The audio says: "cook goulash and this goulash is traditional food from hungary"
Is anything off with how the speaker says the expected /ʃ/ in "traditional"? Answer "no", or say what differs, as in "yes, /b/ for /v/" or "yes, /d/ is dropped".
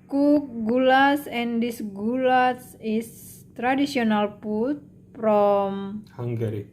yes, /s/ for /ʃ/